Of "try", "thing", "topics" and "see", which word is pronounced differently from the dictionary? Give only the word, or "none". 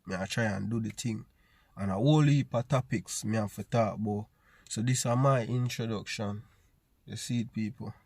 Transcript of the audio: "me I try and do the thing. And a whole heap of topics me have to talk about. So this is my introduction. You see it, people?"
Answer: thing